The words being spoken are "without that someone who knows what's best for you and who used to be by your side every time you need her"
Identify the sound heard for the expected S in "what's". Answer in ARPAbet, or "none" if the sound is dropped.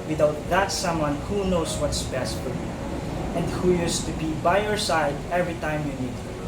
S